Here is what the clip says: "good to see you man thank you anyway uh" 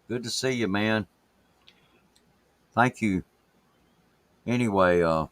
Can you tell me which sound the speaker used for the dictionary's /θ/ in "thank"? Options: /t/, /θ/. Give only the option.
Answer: /θ/